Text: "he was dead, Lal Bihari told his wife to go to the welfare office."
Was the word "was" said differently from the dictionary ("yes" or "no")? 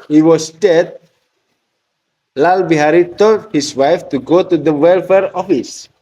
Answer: yes